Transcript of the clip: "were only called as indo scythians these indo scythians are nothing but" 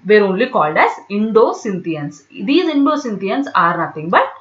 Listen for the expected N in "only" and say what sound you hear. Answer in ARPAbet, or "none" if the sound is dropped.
N